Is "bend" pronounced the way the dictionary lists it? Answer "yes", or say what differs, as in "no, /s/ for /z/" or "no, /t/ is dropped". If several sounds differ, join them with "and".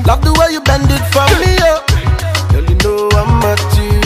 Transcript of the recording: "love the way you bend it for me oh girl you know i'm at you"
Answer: yes